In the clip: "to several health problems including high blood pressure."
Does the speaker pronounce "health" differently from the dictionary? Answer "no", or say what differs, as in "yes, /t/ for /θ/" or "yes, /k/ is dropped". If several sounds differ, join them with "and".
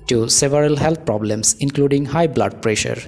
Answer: yes, /t/ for /θ/